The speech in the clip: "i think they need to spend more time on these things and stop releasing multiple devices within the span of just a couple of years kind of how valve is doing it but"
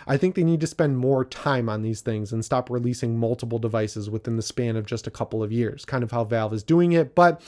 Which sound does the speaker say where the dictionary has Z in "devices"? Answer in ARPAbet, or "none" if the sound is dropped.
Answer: Z